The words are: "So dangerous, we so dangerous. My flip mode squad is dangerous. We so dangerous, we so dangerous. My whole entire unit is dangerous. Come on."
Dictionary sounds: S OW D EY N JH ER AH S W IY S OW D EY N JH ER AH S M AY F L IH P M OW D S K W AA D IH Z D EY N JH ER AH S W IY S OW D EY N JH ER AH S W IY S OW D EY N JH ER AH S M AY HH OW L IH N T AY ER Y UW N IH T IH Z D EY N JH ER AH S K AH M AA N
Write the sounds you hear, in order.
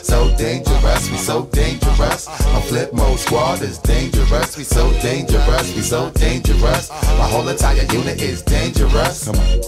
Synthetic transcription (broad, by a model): S OW D EY N JH ER AH S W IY S OW D EY N JH ER AH S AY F L IH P M OW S W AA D IH Z D EY N JH ER AH S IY S OW D EY N JH ER AH S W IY S OW D EY N JH ER AH S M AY HH OW L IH T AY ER Y UW N IH T IH Z D EY N JH ER AH S